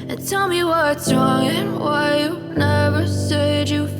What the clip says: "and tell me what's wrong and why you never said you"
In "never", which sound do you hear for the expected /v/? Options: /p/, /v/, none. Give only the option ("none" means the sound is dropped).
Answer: /v/